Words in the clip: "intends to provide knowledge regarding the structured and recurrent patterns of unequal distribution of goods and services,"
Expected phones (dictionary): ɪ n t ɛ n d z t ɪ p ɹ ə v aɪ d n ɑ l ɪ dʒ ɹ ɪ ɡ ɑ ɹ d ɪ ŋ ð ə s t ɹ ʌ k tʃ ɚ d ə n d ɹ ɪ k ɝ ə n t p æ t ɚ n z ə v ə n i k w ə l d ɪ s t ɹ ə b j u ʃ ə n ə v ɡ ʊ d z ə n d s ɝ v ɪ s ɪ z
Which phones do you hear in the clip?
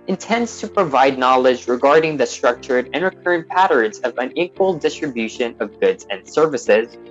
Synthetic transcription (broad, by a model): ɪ n t ɛ n d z t ɪ p ɹ ə v aɪ d n ɑ l ɪ dʒ ɹ ɪ ɡ ɑ ɹ d ɪ ŋ ð ə s t ɹ ʌ k tʃ ɚ d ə n ɹ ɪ k ɝ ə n p æ t ɚ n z ə v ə n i k w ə l d ɪ s t ɹ ə b j u ʃ ə n ə v ɡ ʊ d z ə n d s ɝ v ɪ s ɪ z